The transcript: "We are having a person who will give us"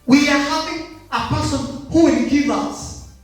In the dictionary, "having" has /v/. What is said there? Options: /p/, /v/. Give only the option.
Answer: /p/